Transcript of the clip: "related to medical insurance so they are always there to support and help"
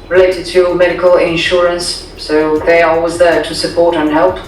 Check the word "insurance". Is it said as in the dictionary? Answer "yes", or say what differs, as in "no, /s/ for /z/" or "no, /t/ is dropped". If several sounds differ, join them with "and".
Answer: yes